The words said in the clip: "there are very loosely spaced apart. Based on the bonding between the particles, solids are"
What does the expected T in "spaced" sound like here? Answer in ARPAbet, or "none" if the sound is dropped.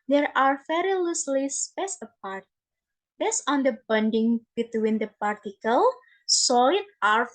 none